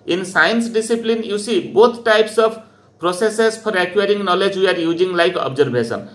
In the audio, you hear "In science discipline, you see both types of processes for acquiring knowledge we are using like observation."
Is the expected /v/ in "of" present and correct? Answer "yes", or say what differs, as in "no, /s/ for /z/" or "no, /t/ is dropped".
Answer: no, /b/ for /v/